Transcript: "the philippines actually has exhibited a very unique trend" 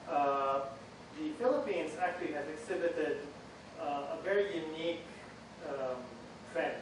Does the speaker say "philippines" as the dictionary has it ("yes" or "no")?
yes